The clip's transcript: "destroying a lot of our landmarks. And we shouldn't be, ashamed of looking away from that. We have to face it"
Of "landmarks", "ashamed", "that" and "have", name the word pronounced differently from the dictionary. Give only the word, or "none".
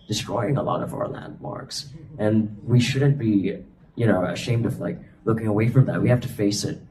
have